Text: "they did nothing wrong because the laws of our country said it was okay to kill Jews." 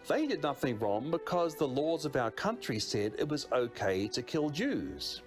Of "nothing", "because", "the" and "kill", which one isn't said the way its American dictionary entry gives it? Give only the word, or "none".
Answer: none